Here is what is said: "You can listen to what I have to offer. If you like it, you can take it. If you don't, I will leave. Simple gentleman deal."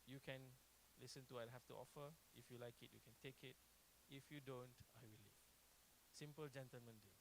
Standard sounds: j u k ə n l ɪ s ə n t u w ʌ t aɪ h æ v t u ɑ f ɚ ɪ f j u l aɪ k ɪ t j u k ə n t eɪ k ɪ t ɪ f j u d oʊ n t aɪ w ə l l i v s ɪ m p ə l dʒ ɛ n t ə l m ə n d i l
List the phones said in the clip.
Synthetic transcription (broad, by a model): j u k ə n l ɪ s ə n t u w aɪ h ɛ f t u ɑ f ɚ ɪ f j u l aɪ k ɪ t j u k ə n t eɪ k ɪ t ɪ f j u d oʊ n t aɪ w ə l l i s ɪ m p ə l dʒ ɛ n t ə l m ə n d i